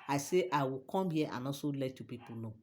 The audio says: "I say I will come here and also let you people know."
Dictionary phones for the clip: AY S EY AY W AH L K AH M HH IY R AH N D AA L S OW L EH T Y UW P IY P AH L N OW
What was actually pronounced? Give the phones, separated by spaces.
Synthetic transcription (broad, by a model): AY S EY AY W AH K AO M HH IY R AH N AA S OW L EH T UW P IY P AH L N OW